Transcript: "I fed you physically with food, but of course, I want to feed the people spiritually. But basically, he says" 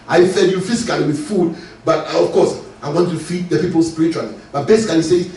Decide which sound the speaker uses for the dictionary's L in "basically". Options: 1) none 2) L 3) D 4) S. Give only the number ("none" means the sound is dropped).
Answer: 1